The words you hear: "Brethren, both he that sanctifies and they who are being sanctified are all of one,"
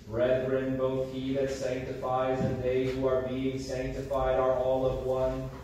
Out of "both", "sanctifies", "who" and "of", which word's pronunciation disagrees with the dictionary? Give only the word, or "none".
none